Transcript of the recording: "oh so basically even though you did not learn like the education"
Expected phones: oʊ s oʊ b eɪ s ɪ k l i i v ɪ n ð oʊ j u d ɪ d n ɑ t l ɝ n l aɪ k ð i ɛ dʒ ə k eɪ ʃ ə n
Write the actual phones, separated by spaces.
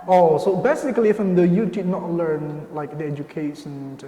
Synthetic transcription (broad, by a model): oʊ s oʊ b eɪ s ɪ k l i i f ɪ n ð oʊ j u d ɪ d n ɑ t l ɝ n l aɪ k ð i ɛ dʒ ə k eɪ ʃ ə n